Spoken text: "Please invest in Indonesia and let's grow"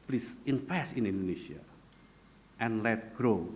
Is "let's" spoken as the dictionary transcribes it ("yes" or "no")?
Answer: no